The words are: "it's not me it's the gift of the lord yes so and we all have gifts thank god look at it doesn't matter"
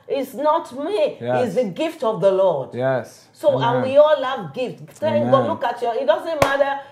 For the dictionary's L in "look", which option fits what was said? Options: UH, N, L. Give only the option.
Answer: N